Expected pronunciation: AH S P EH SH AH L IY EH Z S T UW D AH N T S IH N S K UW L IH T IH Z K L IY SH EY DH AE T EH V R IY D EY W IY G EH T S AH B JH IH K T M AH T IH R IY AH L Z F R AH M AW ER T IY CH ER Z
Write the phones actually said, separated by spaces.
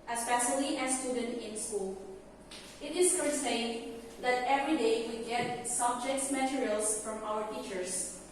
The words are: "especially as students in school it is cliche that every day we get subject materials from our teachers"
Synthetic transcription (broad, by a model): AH S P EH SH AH L IY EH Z S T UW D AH N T IH N S K UW L IH T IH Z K IY S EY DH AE T EH V R IY D EY W IY G EH T S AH B JH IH K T M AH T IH R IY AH L S F R AH M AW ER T IY CH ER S